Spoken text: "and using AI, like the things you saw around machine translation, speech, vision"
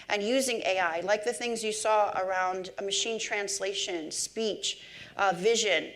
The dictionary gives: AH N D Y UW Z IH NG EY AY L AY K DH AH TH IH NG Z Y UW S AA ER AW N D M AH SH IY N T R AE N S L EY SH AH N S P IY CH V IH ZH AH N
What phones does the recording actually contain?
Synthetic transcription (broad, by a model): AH N Y UW Z IH NG EY AY L AY K DH AH TH IH NG Z Y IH S AA ER AW N D M AH SH IY N T R AE N S L EY SH AH N S P IY CH V IH ZH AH N